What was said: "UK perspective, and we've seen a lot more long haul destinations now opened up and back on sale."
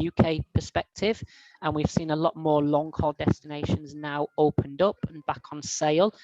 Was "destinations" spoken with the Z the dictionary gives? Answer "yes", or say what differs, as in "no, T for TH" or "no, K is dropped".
yes